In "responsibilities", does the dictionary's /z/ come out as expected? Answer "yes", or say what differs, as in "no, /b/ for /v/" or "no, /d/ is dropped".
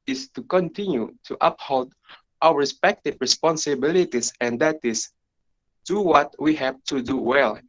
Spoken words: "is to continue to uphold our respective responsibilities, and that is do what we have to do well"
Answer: no, /s/ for /z/